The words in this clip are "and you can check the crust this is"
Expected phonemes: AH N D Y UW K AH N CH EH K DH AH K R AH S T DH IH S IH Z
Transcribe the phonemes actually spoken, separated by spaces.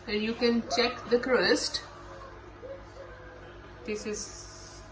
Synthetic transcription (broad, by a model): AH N Y UW K AH N CH EH K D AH K R AH S T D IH S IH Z